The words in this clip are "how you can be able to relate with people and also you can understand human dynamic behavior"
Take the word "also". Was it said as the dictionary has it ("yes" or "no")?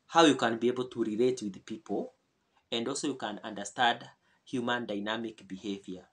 yes